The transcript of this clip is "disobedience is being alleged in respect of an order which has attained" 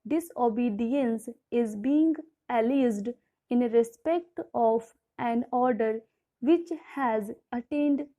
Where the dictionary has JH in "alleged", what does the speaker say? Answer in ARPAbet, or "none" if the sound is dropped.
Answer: Z